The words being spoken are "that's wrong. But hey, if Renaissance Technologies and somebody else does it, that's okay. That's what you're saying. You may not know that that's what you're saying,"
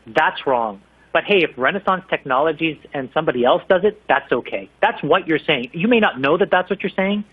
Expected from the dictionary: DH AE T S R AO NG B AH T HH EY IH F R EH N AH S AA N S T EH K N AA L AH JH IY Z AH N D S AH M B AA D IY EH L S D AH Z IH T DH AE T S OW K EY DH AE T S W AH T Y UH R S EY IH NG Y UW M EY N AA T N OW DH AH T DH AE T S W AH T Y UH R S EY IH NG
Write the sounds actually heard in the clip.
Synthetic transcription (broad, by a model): DH AE T S R AO NG B AH T HH EY IH F R EH N AH S AA N S T EH K N AA L AH JH IY Z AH N S AH M B AA D IY EH L S D AH Z IH T DH AE T S OW K EY DH AE T S W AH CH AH R S EY IH NG Y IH M EY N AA T N OW DH AH T DH AE T S W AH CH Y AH R S EY IH NG